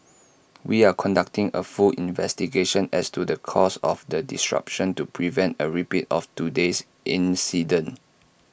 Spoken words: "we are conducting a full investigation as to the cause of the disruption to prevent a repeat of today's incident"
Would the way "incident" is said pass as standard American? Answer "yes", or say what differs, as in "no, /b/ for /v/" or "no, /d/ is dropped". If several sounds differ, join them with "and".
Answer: no, /t/ is dropped